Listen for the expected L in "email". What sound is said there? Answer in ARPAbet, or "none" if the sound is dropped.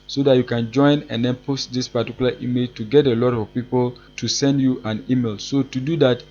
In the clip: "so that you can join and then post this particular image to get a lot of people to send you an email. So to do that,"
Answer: L